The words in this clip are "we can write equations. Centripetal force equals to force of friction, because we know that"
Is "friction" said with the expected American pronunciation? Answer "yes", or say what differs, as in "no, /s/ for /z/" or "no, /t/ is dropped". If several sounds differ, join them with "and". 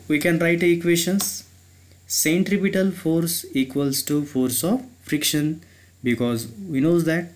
yes